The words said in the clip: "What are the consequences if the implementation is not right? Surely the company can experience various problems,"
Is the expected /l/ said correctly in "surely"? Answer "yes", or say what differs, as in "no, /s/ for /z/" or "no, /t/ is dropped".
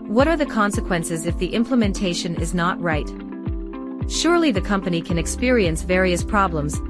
yes